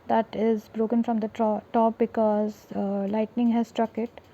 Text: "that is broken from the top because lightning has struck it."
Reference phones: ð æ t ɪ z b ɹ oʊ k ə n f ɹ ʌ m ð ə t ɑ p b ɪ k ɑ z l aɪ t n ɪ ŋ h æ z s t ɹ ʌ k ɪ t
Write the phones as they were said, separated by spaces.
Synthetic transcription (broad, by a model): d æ t ɪ z b ɹ oʊ k ə n f ɹ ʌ m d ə t ɑ p b ɪ k ɑ z l aɪ t n ɪ ŋ h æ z s t ɹ ʌ k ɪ t